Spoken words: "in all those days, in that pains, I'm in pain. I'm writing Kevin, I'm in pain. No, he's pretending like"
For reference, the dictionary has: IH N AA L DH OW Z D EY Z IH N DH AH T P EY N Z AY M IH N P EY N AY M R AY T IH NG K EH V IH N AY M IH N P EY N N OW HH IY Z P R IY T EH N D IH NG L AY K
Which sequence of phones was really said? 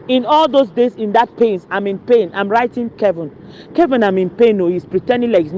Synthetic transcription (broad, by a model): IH N AA L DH OW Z D EY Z IH N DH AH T P EY N S AY M IH N P EY N AY M R AY T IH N K EH V IH N AY M IH N P EY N N OW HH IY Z P R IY T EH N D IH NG L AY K